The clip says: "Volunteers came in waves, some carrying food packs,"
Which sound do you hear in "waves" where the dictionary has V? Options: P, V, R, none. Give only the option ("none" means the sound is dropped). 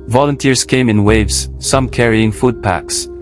V